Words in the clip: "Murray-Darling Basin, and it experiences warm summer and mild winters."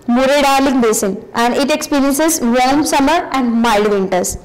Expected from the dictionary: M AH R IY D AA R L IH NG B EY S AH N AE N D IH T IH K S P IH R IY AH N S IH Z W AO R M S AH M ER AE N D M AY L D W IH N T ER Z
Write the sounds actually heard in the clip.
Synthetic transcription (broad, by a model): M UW R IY D AA R L IH NG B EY S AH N AE N D IH T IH K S P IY R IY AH N S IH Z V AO L M S AH M ER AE N D M AY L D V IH N T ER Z